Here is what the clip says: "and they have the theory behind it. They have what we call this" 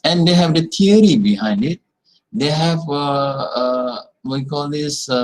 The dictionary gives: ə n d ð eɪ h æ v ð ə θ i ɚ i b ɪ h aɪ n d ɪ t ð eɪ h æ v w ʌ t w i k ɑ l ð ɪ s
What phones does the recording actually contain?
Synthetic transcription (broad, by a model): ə n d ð eɪ h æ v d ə t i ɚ i b ɪ h aɪ n d ɪ t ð eɪ h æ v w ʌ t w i k ɑ l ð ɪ s